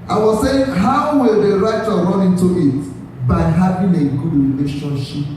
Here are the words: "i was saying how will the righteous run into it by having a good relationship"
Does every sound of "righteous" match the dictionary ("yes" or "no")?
no